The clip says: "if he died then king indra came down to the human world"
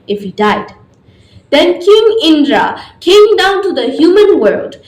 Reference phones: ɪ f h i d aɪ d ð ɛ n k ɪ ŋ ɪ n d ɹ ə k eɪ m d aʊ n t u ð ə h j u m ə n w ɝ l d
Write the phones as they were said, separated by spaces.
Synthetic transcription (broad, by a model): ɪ f h i d aɪ d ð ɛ n k ɪ ŋ ɪ n d ɹ ə k eɪ m d aʊ n t u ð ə h j u m ə n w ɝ l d